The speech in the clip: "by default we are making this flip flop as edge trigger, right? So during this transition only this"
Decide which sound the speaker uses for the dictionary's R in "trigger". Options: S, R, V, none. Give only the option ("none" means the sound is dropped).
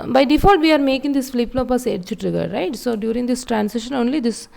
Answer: R